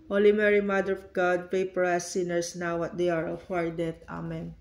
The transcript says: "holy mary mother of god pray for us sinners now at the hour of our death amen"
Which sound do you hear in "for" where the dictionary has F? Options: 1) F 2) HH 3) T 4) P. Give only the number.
4